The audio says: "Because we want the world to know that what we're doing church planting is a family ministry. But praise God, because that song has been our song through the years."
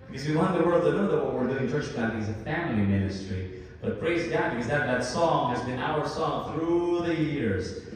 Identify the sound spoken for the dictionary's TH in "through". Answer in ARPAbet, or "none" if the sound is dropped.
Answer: TH